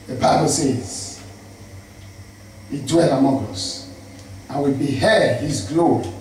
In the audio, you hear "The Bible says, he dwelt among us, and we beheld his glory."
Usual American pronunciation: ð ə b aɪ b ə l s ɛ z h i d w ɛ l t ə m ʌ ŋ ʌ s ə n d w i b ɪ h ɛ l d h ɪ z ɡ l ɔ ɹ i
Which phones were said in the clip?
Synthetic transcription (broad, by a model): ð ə b aɪ b ə l s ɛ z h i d w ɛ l ə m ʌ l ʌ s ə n w i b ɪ h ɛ d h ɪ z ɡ l ɔ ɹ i